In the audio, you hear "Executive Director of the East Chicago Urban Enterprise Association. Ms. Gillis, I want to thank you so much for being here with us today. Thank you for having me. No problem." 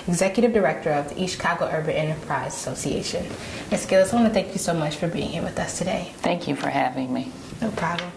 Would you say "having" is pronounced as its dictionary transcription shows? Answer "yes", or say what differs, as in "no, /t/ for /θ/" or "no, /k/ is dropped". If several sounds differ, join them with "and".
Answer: yes